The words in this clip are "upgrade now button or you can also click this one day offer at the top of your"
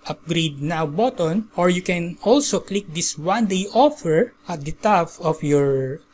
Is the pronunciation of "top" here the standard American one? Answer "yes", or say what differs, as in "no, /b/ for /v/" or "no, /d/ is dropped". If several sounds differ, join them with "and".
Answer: no, /f/ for /p/